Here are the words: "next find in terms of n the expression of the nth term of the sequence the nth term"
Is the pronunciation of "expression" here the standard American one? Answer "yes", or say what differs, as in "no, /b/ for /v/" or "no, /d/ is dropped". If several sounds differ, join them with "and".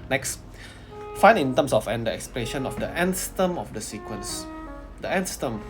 no, /l/ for /ɹ/